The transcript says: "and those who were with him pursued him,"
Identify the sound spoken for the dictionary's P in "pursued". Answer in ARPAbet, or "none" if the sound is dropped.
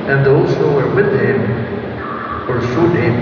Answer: F